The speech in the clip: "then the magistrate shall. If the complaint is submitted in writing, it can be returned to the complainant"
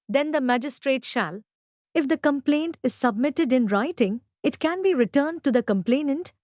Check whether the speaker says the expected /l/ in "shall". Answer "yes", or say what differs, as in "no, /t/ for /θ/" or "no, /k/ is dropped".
yes